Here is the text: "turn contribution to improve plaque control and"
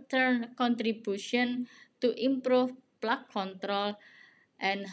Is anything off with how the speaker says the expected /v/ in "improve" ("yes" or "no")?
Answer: yes